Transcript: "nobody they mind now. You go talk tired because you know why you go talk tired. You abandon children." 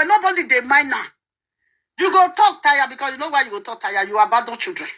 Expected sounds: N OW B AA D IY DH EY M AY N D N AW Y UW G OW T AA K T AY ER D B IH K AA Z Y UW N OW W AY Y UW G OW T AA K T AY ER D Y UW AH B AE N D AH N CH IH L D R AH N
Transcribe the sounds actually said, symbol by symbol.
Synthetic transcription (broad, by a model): N OW B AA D IY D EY M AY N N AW Y UW G OW T AA K T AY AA B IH K AA S Y UW N OW W AY Y UW G OW T AA K T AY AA Y UW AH B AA D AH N CH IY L D R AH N